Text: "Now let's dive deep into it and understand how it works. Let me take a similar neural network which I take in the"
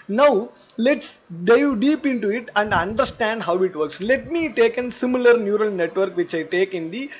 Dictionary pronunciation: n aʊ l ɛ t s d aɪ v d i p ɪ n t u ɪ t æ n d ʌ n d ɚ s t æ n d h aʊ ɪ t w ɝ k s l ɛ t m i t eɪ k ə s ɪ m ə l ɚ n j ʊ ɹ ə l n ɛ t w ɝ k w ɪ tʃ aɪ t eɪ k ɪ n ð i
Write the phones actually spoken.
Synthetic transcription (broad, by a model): n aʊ l ɛ t s d aɪ v d i p ɪ n t u ɪ t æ n d ʌ n d ɚ s t æ n d h aʊ ɪ t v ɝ k s l ɛ t m i t eɪ k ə s ɪ m ə l ɚ n j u ɹ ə l n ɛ t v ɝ k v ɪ tʃ aɪ t eɪ k ɪ n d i